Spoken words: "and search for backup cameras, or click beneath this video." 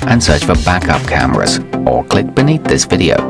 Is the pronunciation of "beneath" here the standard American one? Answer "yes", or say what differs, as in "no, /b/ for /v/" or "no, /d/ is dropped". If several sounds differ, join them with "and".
yes